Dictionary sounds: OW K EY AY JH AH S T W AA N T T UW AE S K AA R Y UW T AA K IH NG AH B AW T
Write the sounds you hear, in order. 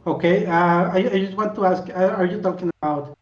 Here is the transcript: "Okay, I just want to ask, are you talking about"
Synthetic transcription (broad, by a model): OW K EY AY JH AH S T W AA N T T UW AE S K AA R Y UW T AA K IH NG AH B AW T